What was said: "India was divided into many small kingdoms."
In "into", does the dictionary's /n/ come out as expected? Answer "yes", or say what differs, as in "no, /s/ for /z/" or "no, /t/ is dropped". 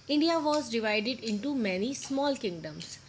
yes